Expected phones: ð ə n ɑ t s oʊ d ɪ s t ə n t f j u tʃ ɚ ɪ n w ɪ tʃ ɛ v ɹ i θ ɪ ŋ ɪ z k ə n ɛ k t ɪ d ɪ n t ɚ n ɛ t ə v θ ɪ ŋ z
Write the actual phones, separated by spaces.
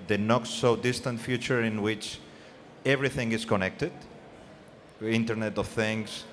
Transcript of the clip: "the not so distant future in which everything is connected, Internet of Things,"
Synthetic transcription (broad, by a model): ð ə n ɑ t s oʊ d ɪ s t ə n t f j u tʃ ɚ ɪ n w ɪ tʃ ɛ v ɹ i θ ɪ ŋ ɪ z k ə n ɛ k t ɪ d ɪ n t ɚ n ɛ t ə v θ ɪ ŋ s